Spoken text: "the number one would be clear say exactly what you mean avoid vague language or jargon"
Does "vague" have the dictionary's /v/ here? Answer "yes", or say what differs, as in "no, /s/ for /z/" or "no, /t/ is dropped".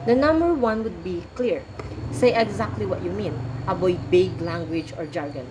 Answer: no, /b/ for /v/